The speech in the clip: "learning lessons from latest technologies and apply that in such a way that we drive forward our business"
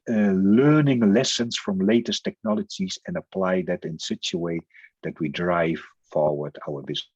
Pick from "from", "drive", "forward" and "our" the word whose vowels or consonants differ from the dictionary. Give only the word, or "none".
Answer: none